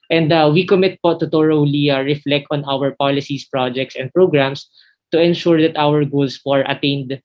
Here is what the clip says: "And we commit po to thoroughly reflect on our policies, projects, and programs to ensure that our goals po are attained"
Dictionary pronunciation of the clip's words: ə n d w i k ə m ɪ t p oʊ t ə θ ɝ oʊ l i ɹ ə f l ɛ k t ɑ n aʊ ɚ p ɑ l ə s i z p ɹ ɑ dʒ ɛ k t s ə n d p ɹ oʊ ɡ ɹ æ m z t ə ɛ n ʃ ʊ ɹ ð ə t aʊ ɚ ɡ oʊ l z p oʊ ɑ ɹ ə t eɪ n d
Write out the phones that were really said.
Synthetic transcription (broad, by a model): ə n d w i k ə m ɪ t p oʊ t ə t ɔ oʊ l i ɹ ə f l ɛ k t ɑ n aʊ ɚ p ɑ l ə s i s p ɹ ɑ dʒ ɛ k t s ə n d p ɹ oʊ ɡ ɹ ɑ m s t ə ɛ n ʃ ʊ ɹ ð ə t aʊ ɚ ɡ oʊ l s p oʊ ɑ ɹ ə t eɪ n d